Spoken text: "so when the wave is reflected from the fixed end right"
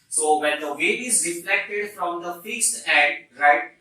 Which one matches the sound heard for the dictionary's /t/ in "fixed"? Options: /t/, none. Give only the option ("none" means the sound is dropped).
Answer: /t/